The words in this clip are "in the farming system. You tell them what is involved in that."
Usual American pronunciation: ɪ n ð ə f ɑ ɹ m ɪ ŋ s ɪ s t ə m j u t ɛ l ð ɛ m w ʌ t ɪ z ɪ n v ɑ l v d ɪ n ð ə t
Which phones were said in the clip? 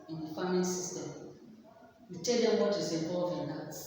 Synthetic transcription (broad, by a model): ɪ n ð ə f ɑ m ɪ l s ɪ s t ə m j u t ɛ l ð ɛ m w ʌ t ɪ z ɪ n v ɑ l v ɪ n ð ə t